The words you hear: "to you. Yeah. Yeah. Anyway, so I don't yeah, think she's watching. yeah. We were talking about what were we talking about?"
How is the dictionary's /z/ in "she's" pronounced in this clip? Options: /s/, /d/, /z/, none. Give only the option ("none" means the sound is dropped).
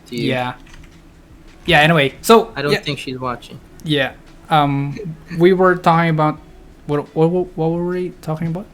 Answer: /z/